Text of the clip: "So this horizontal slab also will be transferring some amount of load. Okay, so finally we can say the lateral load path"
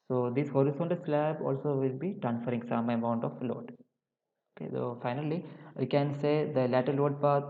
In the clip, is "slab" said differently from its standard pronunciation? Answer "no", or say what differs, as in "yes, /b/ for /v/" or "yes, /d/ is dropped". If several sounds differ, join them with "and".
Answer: no